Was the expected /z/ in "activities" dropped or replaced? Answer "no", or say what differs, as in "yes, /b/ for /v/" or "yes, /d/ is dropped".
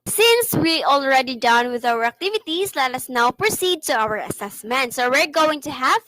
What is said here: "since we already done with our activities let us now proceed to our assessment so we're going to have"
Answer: yes, /s/ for /z/